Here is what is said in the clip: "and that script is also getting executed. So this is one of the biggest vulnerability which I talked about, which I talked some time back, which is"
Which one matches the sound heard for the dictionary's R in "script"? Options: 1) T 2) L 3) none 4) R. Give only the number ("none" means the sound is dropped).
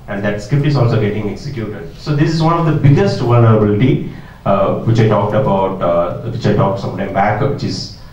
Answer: 3